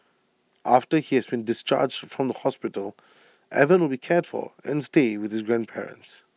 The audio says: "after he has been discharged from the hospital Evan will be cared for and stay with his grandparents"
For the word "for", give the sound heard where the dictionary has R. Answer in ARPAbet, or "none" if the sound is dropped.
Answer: L